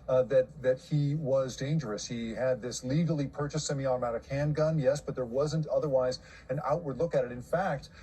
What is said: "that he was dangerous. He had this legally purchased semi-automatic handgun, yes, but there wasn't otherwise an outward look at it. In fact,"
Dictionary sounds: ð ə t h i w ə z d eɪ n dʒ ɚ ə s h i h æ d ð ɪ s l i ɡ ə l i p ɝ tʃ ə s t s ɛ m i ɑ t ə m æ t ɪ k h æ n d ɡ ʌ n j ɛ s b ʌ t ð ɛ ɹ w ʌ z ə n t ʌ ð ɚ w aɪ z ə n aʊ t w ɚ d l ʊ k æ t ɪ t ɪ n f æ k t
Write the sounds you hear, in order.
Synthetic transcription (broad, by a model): ð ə t h i w ə z d eɪ n dʒ ɚ ə s h i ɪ d ð ɪ s l i ɡ l i p ɝ tʃ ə s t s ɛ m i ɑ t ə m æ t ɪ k h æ n ɡ ʌ n j ɛ s b ʌ t ð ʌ ɹ w ʌ z ə n t ʌ ð ɚ w aɪ z ə n aʊ t w ɚ d l ʊ k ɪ t ɪ t ɪ n f æ k t